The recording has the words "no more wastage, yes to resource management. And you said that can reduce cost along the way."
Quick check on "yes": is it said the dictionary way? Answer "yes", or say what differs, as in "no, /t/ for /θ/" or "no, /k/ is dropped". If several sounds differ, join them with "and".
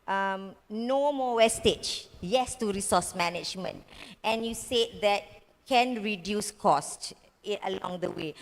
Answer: yes